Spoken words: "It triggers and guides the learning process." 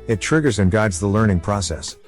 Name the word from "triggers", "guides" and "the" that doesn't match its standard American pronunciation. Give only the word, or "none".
none